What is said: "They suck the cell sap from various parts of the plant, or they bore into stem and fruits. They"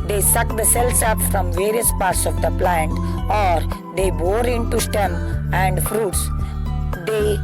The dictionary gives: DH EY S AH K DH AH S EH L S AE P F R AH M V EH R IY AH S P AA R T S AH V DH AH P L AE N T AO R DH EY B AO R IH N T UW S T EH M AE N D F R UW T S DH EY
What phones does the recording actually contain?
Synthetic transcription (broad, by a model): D EY S AH K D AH S EH L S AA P F R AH M V EH R IY AH S P AA R T S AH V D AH P L AE N T AO R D EY B AO R IH N T UW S T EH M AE N D F R UW T S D EY